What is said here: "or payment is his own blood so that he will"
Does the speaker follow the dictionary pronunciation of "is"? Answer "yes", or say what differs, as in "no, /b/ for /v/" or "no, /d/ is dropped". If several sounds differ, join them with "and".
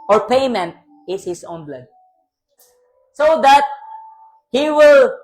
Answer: no, /s/ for /z/